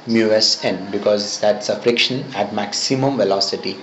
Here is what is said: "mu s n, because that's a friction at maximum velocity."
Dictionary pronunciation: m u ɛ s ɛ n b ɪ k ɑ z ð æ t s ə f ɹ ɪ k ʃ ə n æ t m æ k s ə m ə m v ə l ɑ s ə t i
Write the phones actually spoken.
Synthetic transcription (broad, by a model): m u ɛ s ɛ n b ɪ k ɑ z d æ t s ə f ɹ ɪ k ʃ ə n æ t m æ k s ə m ə m v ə l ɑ s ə t i